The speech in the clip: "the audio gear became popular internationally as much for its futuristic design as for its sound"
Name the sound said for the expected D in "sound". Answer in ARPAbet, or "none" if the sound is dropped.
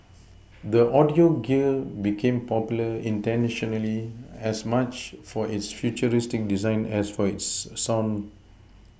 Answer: none